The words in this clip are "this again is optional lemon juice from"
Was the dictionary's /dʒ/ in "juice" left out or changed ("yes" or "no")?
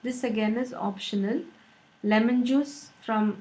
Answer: no